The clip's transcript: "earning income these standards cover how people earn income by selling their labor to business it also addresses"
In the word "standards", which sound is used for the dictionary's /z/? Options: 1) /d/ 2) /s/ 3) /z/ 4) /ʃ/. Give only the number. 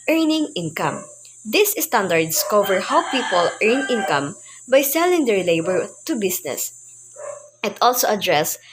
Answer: 2